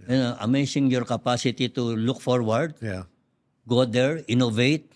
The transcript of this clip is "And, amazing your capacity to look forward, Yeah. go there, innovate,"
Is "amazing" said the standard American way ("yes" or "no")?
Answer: no